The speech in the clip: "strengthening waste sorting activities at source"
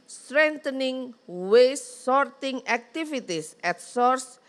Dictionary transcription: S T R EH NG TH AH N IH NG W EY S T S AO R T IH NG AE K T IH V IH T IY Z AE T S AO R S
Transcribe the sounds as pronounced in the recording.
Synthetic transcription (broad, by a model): S T R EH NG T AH N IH NG W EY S S AO R T IH NG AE K T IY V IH T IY S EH T S AO R S